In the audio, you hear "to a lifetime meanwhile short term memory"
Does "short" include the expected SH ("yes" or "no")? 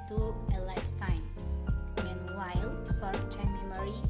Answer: no